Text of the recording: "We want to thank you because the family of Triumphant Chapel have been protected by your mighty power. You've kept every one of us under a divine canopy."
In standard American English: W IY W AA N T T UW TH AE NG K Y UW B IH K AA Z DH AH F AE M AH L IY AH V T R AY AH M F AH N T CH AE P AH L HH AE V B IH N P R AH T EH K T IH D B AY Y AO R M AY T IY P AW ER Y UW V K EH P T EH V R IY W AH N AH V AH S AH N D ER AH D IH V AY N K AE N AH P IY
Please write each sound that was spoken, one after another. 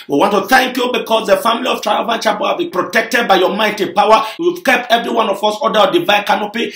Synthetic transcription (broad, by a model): W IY W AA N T T UW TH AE NG K Y UW B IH K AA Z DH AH F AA M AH L IY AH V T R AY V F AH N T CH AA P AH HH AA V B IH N P R AH T EH K T IH D B AY Y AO M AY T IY P AW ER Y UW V K EH P T EH V R IY W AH N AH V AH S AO D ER AH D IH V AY K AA N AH P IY